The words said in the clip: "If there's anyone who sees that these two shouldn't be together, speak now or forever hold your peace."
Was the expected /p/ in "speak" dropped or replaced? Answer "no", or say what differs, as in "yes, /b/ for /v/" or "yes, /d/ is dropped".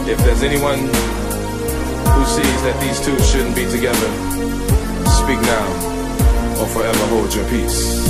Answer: no